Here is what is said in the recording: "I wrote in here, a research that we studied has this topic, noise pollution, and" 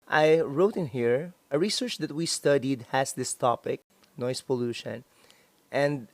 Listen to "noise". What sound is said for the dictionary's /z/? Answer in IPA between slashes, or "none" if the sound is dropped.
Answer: /s/